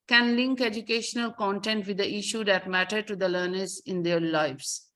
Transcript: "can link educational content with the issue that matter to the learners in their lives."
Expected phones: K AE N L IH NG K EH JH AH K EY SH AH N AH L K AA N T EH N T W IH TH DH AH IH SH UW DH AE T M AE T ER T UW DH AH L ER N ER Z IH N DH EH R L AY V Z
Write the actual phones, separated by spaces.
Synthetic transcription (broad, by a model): K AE N L IH NG K EH JH AH K EY SH AH N AH L K AA N T EH N T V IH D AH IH SH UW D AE T M AE T ER T UW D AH L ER N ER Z IH N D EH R L AY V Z